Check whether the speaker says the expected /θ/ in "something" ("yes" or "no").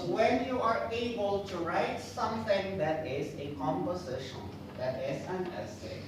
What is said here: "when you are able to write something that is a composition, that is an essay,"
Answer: no